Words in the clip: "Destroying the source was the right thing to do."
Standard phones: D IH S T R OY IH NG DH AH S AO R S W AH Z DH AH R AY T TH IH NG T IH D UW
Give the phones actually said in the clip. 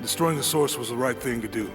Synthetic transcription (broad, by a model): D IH S T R OY IH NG DH AH S AO R S W AH Z DH AH R AY T TH IH NG T IH D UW